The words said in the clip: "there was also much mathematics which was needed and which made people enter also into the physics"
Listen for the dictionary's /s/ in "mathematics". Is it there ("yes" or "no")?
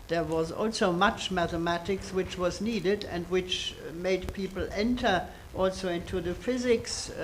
yes